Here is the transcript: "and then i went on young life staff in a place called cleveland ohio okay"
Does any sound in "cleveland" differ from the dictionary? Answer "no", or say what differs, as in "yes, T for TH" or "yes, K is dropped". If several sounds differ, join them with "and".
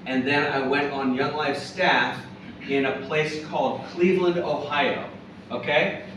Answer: no